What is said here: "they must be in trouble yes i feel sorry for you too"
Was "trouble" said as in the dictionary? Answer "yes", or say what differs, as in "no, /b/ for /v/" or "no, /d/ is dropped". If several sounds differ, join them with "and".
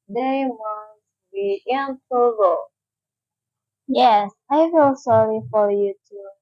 no, /ɹ/ is dropped